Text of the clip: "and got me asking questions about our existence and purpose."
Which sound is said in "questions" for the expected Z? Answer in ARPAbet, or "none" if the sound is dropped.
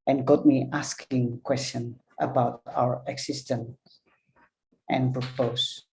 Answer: none